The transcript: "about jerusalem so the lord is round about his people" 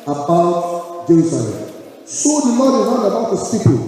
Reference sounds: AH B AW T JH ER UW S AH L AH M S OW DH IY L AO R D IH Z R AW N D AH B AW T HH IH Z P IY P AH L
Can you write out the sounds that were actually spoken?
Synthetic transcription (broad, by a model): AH B AW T JH ER UW S AH L AH M S OW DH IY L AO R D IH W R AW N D AH B AW T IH S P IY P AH